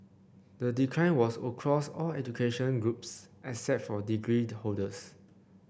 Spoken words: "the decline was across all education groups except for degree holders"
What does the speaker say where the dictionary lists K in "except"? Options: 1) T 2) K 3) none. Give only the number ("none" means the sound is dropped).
3